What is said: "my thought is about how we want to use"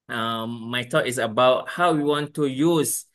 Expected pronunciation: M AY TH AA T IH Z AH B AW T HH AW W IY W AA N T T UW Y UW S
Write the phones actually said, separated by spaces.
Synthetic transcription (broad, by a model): M AY T AA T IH S AH B AW T HH AW W IY W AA N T T UW Y UW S